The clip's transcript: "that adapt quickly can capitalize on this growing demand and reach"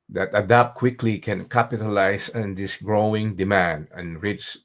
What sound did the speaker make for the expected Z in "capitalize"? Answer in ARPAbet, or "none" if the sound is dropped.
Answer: S